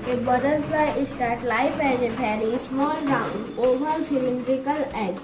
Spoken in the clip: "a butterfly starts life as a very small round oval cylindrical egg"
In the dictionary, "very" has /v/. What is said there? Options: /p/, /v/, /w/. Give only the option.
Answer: /p/